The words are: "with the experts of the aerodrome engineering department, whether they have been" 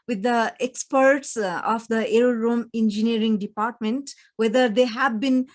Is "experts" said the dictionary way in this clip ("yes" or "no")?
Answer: yes